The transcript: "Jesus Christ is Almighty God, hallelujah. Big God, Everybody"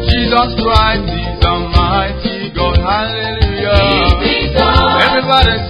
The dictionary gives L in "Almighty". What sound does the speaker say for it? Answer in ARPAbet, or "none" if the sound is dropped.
none